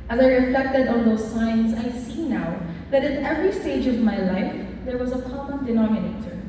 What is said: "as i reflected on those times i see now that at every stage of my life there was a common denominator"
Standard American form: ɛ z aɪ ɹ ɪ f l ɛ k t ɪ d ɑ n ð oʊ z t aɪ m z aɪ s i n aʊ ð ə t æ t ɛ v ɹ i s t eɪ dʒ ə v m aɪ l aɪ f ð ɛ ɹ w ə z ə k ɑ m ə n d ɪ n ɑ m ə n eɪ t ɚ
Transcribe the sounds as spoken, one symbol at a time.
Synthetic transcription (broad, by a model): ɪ z aɪ ɹ ɪ f l ɛ k t ɪ d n ð oʊ z s aɪ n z aɪ s i n aʊ ð ə t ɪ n ɛ v ɹ i s t eɪ dʒ ə v m aɪ l aɪ f ð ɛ ɹ w ə z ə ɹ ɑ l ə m d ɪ n ɑ m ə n eɪ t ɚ